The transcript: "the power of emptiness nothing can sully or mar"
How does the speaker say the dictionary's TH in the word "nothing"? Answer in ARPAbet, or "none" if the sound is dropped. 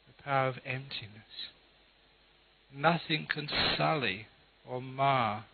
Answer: TH